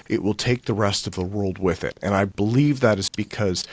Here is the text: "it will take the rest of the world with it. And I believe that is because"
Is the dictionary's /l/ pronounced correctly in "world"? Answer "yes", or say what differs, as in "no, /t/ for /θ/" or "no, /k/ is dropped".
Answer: yes